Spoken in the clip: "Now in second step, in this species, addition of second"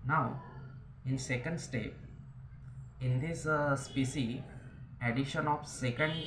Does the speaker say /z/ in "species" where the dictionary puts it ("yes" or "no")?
no